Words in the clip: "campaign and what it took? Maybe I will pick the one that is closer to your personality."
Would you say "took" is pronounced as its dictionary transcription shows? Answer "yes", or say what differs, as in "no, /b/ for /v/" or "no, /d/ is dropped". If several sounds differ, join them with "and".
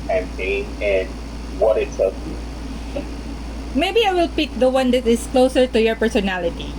no, /s/ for /t/